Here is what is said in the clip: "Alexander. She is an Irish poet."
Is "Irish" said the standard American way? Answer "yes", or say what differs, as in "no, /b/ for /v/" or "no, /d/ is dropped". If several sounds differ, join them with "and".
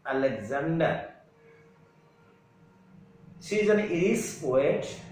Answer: no, /s/ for /ʃ/